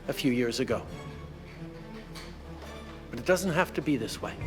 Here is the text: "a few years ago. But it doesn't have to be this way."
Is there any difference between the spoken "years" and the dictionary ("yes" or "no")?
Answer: no